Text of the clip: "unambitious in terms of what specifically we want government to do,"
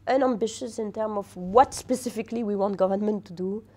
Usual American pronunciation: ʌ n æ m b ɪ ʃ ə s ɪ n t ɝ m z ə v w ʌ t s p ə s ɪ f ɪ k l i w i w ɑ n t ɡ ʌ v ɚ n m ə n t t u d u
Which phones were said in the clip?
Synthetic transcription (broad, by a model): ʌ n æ m b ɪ ʃ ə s ɪ n t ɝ m ə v w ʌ t s p ə s ɪ f ɪ k l i w i w ɑ n t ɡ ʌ v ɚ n m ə n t t u d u